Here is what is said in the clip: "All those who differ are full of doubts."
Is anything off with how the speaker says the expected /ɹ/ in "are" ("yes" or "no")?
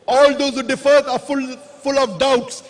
yes